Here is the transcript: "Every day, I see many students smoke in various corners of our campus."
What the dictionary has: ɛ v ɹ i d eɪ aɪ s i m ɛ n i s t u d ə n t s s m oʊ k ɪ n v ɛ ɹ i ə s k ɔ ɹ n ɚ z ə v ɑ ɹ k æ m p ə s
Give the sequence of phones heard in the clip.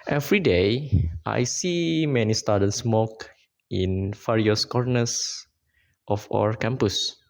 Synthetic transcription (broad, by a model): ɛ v ɹ i d eɪ aɪ s i m ɛ n i s t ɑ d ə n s s m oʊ k ɪ n f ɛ ɹ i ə s k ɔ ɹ n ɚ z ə f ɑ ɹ k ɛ m p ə s